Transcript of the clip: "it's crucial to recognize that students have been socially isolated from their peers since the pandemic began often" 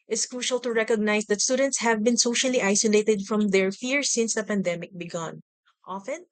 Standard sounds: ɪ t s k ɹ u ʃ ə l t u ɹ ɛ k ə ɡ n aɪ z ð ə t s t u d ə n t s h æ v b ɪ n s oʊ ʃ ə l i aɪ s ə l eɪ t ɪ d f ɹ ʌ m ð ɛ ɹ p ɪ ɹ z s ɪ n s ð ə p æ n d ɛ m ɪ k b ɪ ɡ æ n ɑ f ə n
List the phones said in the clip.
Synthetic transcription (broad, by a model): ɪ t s k ɹ u ʃ ə l t u ɹ ɛ k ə ɡ n aɪ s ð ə t s t u d ə n t s h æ v b ɪ n s oʊ ʃ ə l i aɪ s ə l eɪ t ɪ d f ɹ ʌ m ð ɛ ɹ f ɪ ɹ s ɪ n s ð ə p æ n d ɛ m ɪ k b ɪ ɡ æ n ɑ f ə n